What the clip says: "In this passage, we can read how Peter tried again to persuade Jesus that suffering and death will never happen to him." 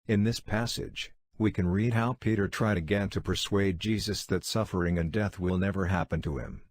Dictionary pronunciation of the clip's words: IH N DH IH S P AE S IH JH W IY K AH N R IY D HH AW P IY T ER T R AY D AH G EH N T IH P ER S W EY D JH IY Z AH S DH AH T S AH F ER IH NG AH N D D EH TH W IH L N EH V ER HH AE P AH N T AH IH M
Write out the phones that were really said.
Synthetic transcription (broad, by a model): IH N DH IH S P AE S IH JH W IY K AH N R IY D HH AW P IY T ER T R AY D AH G EH N T IH P ER S W EY D JH IY Z AH S DH AH T S AH F ER IH NG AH N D D EH TH W IH L N EH V ER HH AE P AH N T AH IH M